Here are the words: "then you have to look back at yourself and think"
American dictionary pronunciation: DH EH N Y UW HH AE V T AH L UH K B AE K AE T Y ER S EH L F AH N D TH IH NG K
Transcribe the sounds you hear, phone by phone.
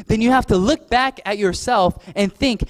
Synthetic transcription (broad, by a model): DH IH N Y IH HH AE F T AH L UH K B AE K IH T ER S EH L F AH N TH IH NG K